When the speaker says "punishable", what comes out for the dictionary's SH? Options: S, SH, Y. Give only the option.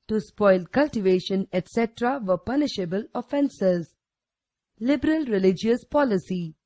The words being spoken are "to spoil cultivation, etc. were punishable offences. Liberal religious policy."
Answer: SH